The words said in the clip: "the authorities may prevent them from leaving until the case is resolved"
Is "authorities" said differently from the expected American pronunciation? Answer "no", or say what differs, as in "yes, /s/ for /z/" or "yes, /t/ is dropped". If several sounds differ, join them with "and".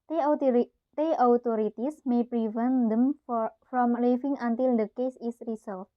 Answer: yes, /t/ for /θ/ and /s/ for /z/